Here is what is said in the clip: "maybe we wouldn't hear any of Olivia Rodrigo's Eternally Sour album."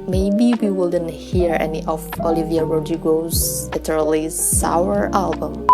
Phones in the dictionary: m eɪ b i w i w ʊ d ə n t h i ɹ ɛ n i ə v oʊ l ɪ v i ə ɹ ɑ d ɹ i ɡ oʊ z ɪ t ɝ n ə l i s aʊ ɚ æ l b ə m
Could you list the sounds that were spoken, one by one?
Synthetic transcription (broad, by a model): m eɪ b i w i w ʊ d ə n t h i ɹ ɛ n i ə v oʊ l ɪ v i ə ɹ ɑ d i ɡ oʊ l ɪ t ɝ ə l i s aʊ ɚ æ l b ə m